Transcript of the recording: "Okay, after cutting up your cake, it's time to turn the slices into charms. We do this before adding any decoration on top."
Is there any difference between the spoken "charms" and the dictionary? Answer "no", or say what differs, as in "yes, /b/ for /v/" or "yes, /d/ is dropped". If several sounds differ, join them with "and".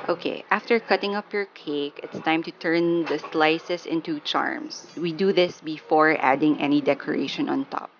yes, /s/ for /z/